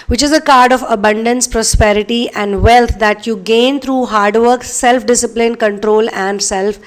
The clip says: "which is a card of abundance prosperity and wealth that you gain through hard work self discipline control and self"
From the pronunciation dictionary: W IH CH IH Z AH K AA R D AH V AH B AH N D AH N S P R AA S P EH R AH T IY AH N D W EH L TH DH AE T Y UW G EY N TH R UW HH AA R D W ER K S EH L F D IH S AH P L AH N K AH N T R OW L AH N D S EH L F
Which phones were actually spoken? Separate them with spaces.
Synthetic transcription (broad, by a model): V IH CH IH Z AH K AA R D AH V AH B AH N D AH N S P R AA S P EH R AH T IY AH N D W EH L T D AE T Y UW G EY N T R UW HH AA R D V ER K S EH L F D IH S AH P L AH N K AH N T R OW L AH N D S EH L F